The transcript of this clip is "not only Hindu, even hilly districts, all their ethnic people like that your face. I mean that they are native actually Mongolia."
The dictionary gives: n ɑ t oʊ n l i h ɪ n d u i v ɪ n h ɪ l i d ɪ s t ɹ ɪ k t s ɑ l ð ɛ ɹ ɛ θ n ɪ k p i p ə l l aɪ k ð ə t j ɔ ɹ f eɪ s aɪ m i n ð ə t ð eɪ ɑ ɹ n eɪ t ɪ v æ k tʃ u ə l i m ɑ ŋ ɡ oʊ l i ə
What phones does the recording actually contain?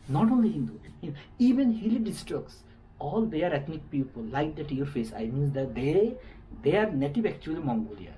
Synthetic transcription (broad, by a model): n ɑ t oʊ n l i h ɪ n d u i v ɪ n h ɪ l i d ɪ s t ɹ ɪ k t s ɑ l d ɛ ɹ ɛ t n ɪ k p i p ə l l aɪ k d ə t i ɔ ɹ f eɪ s aɪ m i n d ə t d eɪ ɑ ɹ n eɪ t ɪ v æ k tʃ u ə l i m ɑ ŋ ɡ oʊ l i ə